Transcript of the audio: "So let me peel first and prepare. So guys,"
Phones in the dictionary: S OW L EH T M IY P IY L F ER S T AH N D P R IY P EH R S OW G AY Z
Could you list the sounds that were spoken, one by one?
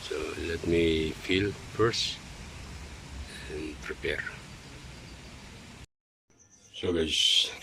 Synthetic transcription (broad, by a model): S OW L EH T M IY F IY L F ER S AH N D P R IY P EH R S OW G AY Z